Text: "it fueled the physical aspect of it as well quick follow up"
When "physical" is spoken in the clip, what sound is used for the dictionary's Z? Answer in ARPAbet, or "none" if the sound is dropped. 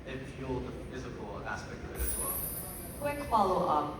Z